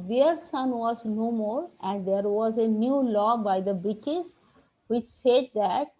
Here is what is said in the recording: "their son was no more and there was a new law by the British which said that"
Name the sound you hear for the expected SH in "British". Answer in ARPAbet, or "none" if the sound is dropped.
S